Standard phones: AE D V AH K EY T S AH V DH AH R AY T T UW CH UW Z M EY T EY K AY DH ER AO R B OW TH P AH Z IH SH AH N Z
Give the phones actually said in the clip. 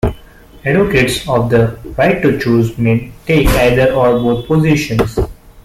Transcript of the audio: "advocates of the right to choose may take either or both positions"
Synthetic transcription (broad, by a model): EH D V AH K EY T S AH V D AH R AY T T UW CH UW Z M EY T EY K AY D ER AO R B OW T P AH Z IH SH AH N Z